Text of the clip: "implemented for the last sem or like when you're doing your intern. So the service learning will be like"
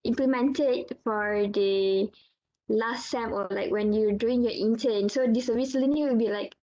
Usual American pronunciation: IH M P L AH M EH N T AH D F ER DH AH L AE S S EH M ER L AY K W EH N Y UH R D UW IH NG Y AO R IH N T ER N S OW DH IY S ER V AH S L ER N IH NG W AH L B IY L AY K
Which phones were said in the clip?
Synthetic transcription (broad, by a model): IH M P L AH M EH N T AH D F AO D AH L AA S S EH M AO L AY K W EH N Y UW D UW IH NG Y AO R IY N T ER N S OW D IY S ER AH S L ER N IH W AH L B IY L AY K